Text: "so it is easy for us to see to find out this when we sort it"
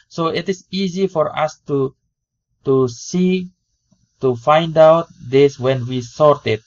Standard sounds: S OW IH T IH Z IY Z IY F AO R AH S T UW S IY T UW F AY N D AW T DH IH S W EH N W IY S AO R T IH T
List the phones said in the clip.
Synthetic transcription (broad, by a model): S OW IH T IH S IY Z IY F AO R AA S T UW S IY T UW F AY N D AW T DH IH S W EH N W IY S AO R T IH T